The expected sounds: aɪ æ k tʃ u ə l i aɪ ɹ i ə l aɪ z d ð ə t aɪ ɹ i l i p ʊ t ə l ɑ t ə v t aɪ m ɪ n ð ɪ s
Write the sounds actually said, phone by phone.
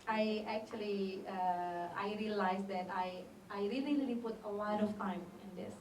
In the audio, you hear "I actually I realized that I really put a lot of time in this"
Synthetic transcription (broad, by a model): aɪ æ k tʃ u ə l i aɪ ɹ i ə l aɪ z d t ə t aɪ ɹ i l i p ʊ t ə w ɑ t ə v t aɪ m ɪ n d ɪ s